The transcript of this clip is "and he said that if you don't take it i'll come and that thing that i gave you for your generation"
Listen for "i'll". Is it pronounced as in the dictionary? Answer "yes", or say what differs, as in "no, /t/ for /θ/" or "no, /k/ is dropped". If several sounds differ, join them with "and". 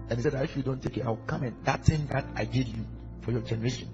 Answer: no, /w/ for /l/